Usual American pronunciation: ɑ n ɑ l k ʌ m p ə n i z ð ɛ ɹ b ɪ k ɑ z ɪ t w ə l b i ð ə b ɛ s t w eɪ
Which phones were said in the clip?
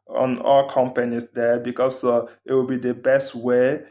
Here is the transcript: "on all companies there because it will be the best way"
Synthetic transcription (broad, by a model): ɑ n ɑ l k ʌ m p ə n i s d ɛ b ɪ k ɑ s ɪ t w ə l b i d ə b ɛ s t w eɪ